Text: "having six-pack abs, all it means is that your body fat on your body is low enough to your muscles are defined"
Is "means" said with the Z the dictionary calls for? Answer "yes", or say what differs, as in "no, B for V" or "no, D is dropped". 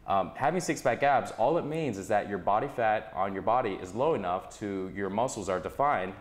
yes